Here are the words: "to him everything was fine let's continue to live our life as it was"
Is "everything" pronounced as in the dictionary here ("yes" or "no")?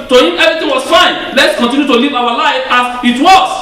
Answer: no